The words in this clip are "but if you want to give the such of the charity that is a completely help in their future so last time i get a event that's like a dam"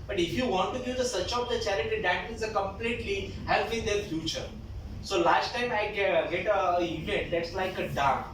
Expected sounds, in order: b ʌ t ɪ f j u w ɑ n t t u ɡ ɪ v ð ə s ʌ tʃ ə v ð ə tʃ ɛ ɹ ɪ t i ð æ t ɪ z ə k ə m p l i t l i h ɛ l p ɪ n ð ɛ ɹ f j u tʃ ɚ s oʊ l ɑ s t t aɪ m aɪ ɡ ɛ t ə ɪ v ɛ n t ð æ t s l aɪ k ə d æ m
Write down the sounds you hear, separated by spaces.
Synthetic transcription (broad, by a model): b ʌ t ɪ f j u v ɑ n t t u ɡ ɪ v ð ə s ʌ tʃ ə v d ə tʃ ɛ ɹ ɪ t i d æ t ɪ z ə k ə m p l i t l i h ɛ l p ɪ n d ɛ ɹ f j u tʃ ɚ s oʊ l ɑ s t t aɪ m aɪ ɡ ɛ t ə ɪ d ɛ t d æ t s l aɪ k ə d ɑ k